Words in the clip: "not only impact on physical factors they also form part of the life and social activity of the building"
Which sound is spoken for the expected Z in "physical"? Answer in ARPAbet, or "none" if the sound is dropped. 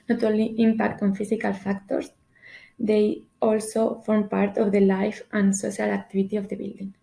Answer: S